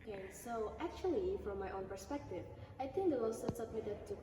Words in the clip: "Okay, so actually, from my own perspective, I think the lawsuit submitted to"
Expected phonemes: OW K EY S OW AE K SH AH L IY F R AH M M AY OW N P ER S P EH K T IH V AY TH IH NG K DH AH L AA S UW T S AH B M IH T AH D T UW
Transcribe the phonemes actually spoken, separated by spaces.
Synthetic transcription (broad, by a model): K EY S OW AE K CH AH L IY F R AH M M AY OW N P ER S P EH K T IH V AY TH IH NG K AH W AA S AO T S AH B M IH T AH D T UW